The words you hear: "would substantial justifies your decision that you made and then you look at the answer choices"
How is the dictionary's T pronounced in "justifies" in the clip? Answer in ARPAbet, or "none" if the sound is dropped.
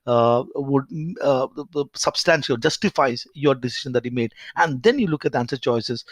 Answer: T